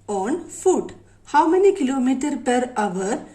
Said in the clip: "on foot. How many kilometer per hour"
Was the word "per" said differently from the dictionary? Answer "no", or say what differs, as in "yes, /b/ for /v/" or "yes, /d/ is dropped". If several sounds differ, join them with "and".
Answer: no